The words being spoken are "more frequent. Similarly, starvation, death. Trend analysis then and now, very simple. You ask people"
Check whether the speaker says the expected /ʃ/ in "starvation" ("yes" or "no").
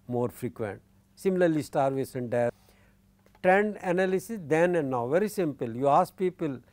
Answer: no